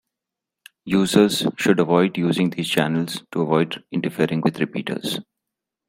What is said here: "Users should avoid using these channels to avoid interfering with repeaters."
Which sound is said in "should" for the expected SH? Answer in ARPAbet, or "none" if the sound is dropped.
SH